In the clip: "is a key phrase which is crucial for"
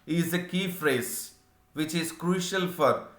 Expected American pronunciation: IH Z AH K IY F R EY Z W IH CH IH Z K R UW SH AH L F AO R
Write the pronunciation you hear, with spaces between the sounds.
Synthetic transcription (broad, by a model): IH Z AH K IY F R EY Z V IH CH IH Z K R UW SH AH L F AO R